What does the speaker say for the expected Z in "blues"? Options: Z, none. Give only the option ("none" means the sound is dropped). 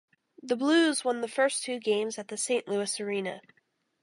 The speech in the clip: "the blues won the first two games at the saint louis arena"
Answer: Z